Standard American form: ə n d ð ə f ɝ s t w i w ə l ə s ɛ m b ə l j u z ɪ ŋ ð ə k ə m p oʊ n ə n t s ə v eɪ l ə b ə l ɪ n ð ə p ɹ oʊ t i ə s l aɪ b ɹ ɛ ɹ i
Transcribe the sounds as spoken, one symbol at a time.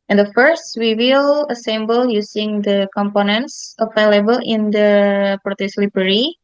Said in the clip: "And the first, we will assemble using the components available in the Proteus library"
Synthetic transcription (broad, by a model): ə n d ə f ɝ s t w i w ə l ə s ɛ m b ə l j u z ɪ ŋ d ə k ə m p oʊ n ə n t s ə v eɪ l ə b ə l ɪ n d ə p ɹ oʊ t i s l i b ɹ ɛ ɹ i